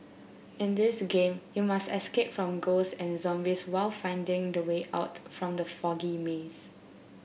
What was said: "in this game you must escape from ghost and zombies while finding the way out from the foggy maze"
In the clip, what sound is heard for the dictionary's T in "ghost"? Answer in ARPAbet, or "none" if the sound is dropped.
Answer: none